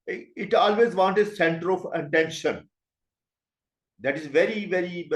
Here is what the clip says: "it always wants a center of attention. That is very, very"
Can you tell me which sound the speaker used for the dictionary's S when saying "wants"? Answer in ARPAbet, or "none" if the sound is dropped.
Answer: none